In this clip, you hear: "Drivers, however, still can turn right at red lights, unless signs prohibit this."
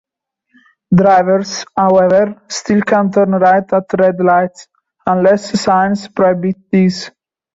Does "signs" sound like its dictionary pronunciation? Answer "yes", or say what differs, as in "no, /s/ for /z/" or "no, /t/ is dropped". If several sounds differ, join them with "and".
no, /s/ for /z/